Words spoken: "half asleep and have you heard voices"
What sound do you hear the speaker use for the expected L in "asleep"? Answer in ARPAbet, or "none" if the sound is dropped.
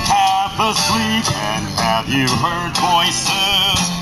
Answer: W